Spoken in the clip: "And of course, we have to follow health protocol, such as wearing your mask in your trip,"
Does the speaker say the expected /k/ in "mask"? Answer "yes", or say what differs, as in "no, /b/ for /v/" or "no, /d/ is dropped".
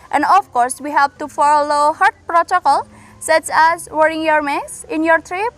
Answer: no, /k/ is dropped